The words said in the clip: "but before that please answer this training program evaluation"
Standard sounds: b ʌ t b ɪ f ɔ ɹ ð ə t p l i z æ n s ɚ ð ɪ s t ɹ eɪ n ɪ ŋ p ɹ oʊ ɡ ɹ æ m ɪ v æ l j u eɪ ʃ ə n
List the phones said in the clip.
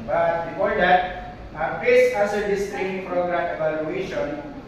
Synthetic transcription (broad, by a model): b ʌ t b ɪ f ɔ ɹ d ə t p ɛ s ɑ s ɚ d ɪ s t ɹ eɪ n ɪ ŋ p ɹ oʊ ɡ ɹ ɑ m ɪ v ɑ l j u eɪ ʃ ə n